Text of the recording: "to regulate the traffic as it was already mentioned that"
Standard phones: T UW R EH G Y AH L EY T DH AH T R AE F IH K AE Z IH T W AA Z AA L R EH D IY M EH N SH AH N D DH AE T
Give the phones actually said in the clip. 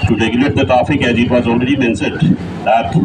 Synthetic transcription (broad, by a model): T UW R EH G Y AH L EY T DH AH T R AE F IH K AE Z IH T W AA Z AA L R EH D IY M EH N S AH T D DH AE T